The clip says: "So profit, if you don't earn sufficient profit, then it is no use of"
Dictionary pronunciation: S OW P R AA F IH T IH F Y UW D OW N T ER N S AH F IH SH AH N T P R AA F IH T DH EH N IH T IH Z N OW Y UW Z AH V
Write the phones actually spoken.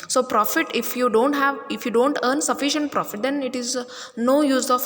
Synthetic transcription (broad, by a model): S OW P R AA F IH T IH F Y UW D OW N T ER N S AH F IH SH AH N T P R AA F IH T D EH N IH T IH Z N OW Y UW Z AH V